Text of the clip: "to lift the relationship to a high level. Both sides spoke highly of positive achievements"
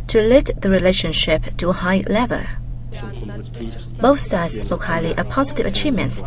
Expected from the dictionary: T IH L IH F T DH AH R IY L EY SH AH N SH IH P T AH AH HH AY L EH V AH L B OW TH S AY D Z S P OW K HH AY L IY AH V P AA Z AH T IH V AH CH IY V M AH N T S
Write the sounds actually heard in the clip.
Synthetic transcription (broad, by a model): T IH L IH T DH AH R IY L EY SH AH N SH IH P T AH AH HH AY L EH V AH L B OW TH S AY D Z S P OW K HH AY L IY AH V P AA Z AH T IH V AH CH IY V M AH N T S